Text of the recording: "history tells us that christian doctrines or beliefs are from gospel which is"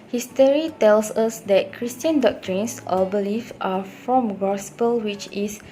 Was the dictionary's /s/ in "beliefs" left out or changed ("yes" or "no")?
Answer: yes